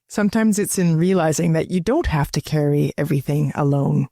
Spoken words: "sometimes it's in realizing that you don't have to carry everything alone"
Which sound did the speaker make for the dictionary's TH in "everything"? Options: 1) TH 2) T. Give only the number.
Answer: 1